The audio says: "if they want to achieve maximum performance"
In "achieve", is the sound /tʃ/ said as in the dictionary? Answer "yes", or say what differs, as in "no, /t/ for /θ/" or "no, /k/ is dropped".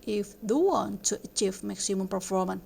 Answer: yes